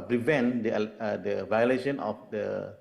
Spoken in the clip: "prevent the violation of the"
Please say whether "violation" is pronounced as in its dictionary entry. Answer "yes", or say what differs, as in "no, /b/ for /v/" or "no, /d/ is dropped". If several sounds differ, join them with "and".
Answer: yes